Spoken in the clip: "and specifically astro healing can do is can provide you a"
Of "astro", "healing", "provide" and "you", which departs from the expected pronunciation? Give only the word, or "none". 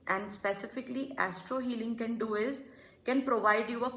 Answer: none